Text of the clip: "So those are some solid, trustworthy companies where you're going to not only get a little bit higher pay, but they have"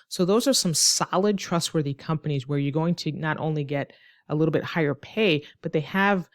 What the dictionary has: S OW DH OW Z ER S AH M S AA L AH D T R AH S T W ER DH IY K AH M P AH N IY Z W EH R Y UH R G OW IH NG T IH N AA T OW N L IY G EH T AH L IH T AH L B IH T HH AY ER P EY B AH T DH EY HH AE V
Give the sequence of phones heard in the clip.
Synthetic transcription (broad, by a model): S OW DH OW Z ER S AH M S AA L AH D T R AH S T W ER DH IY K AH M P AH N IY Z W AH R Y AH R G OW IH NG T IH N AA T OW N L IY G EH T AH L IH T L B IH T HH AY ER P EY B AH T DH EY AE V